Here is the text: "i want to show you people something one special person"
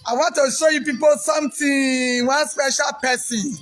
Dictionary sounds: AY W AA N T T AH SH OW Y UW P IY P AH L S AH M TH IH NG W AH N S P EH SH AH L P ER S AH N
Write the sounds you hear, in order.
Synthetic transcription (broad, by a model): AY W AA N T T AH SH OW Y UW P IY P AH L S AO M T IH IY W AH N S P EH SH AH L P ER S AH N